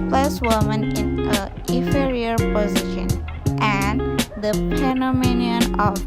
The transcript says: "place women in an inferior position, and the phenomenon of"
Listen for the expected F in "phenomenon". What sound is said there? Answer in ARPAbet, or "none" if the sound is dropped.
P